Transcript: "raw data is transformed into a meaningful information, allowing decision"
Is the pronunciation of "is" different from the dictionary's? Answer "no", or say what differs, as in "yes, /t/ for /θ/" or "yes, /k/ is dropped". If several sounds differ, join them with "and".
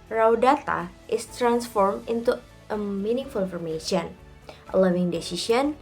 yes, /s/ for /z/